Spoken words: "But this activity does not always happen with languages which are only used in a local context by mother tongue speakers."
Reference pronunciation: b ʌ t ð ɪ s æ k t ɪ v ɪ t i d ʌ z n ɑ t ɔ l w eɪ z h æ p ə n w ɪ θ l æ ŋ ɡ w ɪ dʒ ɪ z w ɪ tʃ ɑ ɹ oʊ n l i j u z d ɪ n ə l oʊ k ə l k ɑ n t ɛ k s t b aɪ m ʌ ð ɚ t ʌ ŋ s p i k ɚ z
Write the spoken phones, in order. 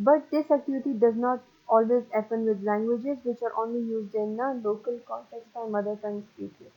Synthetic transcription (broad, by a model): b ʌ t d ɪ s æ k t ɪ v ɪ t i d ʌ z n ɑ t ɔ l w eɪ z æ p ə n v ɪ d l æ ŋ ɡ w ɪ dʒ ɪ z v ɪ tʃ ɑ ɹ oʊ n l i j u z d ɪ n ə l oʊ k ə l k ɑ n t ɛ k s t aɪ m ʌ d ɚ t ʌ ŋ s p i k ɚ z